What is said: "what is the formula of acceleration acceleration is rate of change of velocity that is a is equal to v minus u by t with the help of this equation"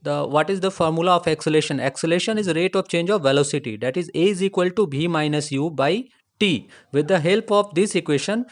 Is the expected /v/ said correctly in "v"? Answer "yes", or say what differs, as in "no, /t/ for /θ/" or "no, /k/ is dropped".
no, /b/ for /v/